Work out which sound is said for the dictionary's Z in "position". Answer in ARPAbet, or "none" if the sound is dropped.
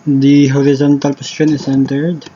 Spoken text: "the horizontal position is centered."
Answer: S